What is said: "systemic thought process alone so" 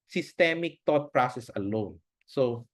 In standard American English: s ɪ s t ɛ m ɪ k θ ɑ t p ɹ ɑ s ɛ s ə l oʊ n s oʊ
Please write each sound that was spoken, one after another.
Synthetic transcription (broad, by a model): s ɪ s t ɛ m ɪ k t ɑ t p ɹ ɑ s ɛ s ə l oʊ n s oʊ